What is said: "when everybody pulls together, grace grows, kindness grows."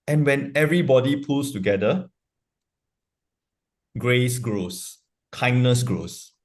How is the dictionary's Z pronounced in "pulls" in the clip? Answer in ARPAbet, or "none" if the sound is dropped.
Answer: S